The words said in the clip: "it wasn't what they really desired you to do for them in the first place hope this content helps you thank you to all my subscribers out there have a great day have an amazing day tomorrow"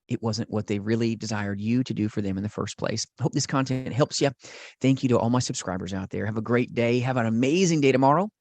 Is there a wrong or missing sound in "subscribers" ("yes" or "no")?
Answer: no